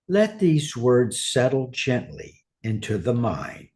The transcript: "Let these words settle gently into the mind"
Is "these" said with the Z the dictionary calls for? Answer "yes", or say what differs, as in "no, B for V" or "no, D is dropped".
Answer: yes